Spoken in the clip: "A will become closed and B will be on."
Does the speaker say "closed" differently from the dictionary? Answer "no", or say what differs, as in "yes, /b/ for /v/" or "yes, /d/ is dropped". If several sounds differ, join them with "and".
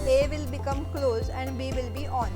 yes, /d/ is dropped